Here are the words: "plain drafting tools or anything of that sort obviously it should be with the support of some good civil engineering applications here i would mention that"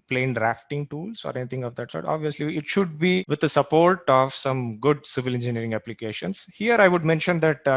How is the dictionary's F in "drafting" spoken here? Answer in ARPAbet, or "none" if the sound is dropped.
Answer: F